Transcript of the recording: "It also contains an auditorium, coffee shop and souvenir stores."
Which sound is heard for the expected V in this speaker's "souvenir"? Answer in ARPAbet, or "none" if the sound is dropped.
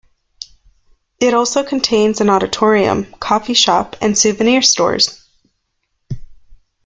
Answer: V